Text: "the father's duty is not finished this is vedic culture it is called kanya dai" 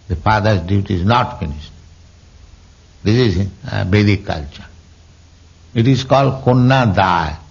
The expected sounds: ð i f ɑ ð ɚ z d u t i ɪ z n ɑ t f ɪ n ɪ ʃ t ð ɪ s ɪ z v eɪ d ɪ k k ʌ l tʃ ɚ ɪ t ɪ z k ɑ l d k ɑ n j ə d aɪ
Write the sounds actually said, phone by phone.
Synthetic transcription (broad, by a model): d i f ɑ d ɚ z d u t i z n ɑ t f ɪ n ɪ ʃ t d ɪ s ɪ z b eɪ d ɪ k k ʌ l tʃ ɚ ɪ t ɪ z k ɑ l d k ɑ n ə d aɪ